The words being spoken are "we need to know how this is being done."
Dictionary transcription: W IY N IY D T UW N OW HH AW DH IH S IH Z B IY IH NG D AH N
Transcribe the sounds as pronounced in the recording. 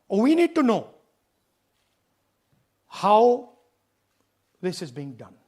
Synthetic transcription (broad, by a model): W IY N IY D T UW N OW HH AW DH IH S IH Z B IY IH NG D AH N